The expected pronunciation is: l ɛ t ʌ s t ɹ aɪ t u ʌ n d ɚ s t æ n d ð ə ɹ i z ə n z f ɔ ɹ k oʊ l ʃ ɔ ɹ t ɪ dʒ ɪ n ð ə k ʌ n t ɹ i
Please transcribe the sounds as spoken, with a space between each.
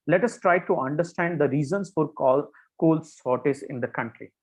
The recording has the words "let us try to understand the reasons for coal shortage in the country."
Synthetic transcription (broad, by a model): l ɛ t ʌ s t ɹ aɪ t u ʌ n d ɚ s t æ n d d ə ɹ i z ə n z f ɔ ɹ k oʊ l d ɔ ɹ t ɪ z ɪ n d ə k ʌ n t ɹ i